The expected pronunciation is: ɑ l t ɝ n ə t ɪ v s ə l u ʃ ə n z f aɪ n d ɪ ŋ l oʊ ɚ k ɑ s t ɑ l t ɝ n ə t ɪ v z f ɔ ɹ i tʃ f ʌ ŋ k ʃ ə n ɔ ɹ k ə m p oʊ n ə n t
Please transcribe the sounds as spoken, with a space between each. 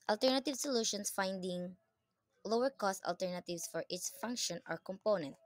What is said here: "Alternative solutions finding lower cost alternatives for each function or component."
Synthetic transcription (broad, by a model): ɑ l t ɝ n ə t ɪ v s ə l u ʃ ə n s f aɪ n d ɪ ŋ l oʊ ɚ k ɑ s t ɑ l t ɝ n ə t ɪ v s f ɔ ɹ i s f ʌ ŋ k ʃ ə n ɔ ɹ k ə m p oʊ n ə n t